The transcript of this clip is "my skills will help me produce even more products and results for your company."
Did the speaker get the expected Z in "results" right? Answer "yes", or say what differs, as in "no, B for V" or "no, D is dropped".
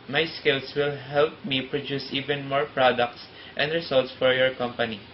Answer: no, S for Z